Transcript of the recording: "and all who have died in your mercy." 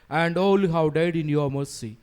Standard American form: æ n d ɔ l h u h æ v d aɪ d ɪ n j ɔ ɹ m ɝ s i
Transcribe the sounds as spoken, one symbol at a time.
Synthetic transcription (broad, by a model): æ n d ɔ l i h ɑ w d aɪ d ɪ n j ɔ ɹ m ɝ s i